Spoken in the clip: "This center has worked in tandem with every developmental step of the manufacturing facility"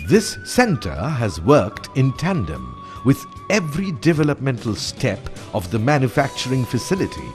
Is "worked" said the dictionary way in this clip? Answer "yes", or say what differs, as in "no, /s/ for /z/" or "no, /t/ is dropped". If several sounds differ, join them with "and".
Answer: yes